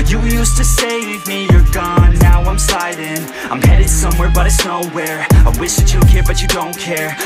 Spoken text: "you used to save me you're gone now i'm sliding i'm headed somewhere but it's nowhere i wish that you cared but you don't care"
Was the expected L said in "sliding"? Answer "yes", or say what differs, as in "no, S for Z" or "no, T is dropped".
no, L is dropped